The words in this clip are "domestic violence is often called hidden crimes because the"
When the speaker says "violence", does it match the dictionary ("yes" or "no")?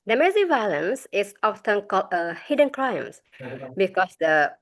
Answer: yes